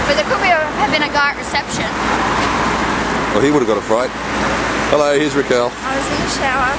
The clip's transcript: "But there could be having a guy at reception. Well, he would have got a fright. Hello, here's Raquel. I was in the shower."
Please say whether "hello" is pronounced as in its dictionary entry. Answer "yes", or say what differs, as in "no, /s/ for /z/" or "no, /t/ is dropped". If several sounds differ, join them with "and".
yes